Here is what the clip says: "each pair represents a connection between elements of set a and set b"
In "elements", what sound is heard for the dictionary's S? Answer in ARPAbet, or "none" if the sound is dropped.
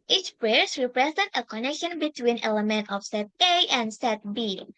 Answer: none